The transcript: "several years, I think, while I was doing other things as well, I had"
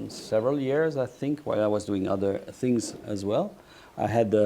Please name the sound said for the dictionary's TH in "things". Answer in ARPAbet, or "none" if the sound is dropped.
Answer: TH